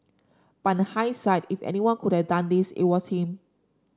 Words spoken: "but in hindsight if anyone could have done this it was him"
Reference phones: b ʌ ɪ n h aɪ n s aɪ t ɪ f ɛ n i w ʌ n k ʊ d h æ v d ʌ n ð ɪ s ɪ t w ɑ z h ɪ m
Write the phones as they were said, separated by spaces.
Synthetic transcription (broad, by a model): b ɪ n h aɪ s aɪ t ɪ f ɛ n i w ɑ n k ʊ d h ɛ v d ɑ n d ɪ s ɪ t w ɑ s h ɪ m